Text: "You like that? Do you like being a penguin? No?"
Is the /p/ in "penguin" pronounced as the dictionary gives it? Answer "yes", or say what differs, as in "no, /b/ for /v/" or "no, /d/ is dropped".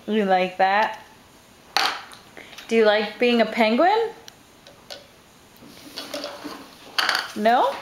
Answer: yes